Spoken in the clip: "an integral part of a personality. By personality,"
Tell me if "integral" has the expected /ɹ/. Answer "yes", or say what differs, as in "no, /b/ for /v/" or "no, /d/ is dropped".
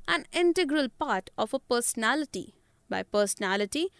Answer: yes